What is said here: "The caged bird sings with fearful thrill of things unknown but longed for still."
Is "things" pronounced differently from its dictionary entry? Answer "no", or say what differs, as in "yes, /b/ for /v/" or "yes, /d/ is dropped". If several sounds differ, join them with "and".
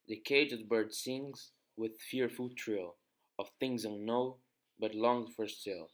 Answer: no